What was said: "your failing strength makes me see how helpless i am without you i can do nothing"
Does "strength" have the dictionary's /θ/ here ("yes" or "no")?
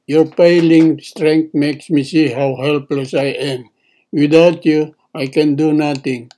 no